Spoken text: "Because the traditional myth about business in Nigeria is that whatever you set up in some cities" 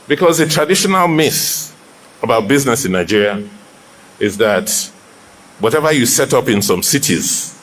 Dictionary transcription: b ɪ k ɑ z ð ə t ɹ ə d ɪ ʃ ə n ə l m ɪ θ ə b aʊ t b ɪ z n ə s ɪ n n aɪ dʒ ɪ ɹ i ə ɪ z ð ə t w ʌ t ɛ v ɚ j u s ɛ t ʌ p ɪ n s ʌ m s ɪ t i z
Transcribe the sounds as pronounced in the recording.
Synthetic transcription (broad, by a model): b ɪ k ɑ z ð ə t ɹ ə d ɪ ʃ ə n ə l m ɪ s ə b aʊ t b ɪ z n ə s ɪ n n aɪ dʒ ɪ ɹ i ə ɪ z ð ə t w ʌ t ɛ v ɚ j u s ɛ t ʌ p ɪ n s ʌ m s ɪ t i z